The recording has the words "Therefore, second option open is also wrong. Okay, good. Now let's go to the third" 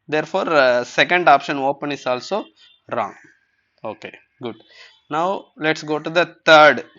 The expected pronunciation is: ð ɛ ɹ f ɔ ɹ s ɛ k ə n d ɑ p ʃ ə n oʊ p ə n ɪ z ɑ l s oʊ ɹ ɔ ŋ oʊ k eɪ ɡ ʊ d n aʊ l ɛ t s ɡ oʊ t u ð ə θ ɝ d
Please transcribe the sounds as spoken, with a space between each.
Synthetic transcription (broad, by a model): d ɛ ɹ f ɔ ɹ s ɛ k ə n d ɑ p ʃ ə n oʊ p ə n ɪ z ɑ l s oʊ ɹ ɔ ŋ oʊ k eɪ ɡ ʊ d n aʊ l ɛ t s ɡ oʊ t u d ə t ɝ d